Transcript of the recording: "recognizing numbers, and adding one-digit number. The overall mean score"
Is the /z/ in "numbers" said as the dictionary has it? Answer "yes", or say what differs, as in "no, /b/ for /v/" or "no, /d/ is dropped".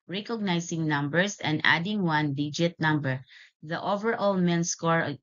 no, /s/ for /z/